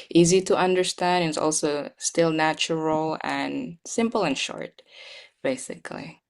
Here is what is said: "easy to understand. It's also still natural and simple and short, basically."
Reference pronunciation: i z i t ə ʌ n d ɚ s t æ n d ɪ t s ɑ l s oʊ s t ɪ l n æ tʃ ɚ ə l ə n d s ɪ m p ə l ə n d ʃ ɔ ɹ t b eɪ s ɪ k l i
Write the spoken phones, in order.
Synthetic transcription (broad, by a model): i z i t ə ʌ n d ɚ s t æ n d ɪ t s ɑ l s oʊ s t ɪ l n æ tʃ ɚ l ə n s ɪ m p l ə n ʃ ɔ ɹ t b eɪ s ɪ k l i